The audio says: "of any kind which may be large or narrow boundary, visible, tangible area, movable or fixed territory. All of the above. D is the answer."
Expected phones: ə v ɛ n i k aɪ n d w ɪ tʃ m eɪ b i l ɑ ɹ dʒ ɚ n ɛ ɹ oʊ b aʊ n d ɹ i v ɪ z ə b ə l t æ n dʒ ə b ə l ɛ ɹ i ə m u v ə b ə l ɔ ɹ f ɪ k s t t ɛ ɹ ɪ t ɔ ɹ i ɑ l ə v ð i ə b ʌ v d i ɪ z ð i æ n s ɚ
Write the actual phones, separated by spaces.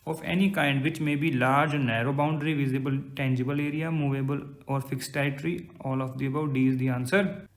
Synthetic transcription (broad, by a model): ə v ɛ n i k aɪ n d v ɪ tʃ m eɪ b i l ɑ ɹ dʒ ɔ n ɛ ɹ oʊ b aʊ n d ɹ i v ɪ z ə b ə l t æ n dʒ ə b ə l ɛ ɹ i ə m u v ə b ə l ɔ ɹ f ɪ k s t t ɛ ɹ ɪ t ɹ i ɑ l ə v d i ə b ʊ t d i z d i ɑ n s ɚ